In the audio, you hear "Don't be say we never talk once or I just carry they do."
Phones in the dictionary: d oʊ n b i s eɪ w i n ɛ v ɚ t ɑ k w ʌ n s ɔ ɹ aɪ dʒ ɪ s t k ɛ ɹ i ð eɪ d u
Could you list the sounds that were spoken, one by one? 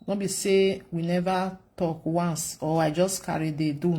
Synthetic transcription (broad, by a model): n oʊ b i s eɪ w i n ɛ v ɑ t ɑ k w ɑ n s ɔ w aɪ dʒ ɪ s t k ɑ ɹ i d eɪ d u